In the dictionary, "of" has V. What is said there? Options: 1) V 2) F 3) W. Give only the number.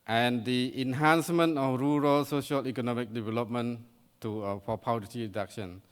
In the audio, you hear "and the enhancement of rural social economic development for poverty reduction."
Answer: 2